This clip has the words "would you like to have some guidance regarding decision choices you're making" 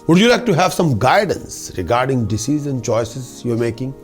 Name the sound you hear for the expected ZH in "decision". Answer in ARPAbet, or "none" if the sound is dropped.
Z